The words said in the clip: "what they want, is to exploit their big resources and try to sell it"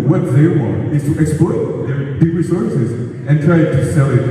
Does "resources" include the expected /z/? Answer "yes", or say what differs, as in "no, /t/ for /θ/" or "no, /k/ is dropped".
yes